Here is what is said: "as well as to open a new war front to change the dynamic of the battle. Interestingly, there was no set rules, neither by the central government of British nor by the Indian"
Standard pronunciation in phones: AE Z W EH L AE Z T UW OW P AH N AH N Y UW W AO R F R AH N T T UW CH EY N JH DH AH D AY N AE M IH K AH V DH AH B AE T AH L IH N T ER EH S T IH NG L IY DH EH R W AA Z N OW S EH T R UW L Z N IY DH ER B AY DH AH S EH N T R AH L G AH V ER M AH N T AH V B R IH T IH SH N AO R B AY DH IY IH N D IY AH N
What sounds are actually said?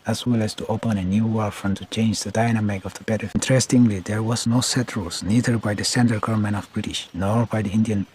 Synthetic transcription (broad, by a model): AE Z W EH L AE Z T UW OW P AH N AH N Y UW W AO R F R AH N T T UW CH EY N JH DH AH D AY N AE M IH K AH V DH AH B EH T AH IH N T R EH S T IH NG L IY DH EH R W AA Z N OW S EH T R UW L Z N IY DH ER B AY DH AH S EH N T AH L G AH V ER M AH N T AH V B R IH T IH SH N AO R B AY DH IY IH N D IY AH N